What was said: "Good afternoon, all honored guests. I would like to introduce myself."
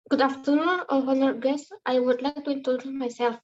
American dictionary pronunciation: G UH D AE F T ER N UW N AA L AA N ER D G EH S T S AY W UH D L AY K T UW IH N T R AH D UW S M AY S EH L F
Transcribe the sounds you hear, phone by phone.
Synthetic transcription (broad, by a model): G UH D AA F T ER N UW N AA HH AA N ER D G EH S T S AY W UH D L AY K T UW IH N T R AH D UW M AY S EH L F